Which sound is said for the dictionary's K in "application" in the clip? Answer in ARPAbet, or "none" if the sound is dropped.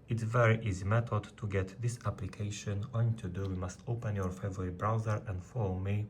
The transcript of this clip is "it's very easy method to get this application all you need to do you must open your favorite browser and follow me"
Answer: K